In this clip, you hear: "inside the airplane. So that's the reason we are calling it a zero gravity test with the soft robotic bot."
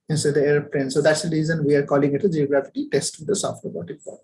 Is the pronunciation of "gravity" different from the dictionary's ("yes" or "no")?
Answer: yes